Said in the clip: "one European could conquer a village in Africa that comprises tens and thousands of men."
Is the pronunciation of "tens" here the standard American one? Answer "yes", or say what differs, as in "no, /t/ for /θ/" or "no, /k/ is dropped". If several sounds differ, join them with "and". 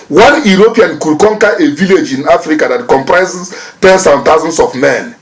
no, /s/ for /z/